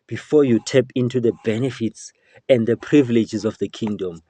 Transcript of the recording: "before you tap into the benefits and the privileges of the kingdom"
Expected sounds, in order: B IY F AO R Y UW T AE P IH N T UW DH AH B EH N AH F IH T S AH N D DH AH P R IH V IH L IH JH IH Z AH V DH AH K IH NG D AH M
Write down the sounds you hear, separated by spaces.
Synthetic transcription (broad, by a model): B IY F AO Y UW T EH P IH N T UW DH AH B EH N AH F IH T S AH N D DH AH P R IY V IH L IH JH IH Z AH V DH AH K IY NG D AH M